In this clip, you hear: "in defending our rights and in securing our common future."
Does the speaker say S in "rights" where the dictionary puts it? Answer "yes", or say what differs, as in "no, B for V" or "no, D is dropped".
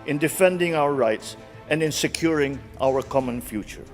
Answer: yes